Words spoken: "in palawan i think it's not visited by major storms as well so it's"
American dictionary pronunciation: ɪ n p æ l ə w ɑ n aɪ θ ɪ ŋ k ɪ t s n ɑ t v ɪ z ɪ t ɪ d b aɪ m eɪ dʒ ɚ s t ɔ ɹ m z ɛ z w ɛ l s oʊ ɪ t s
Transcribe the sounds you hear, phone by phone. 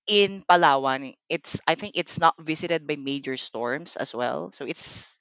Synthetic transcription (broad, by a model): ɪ n p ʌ l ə w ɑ n aɪ θ ɪ ŋ k ɪ t s n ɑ t v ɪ s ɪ t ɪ d b aɪ m eɪ dʒ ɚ s t ɔ ɹ m s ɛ s w ɛ l s oʊ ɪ t s